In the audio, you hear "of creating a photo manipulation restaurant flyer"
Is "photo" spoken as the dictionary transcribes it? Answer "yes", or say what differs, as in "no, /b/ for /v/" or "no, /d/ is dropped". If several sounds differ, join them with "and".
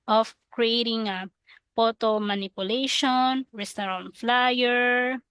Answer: no, /p/ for /f/